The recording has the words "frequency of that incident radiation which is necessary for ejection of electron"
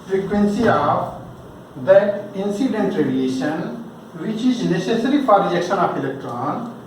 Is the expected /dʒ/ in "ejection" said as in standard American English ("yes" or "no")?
no